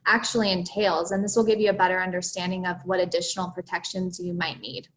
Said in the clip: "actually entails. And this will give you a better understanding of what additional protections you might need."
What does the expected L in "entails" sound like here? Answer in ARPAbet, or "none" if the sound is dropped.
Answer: L